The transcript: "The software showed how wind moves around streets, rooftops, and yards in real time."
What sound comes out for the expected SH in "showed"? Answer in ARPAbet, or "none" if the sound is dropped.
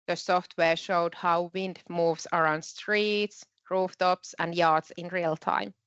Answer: SH